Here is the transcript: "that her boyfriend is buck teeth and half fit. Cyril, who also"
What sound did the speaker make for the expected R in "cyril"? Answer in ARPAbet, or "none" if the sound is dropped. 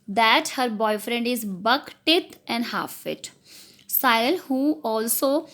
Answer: none